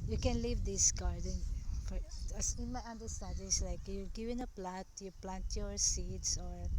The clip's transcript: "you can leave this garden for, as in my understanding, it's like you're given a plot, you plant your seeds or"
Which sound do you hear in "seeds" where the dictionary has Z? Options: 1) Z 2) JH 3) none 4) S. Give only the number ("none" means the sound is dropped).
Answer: 4